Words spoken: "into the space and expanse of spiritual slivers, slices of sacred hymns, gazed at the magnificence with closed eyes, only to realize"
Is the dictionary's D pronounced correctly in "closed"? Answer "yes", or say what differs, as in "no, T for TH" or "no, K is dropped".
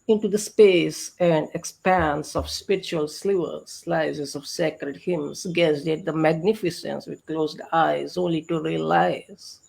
yes